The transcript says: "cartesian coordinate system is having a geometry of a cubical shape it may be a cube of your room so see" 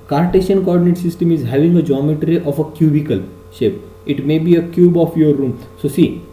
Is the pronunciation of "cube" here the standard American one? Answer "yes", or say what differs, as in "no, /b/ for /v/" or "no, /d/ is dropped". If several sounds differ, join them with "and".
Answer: yes